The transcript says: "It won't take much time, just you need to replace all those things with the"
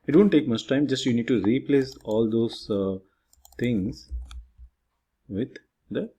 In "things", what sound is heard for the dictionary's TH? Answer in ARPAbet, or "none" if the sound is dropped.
T